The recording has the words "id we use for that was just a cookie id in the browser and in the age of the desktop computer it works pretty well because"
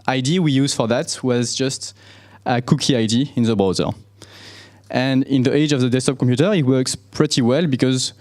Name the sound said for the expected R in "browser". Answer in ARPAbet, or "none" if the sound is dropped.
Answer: none